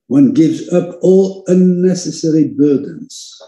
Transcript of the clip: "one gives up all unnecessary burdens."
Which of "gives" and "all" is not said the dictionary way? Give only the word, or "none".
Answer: none